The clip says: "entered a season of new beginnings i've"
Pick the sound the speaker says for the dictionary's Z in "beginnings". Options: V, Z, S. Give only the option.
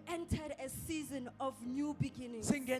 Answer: S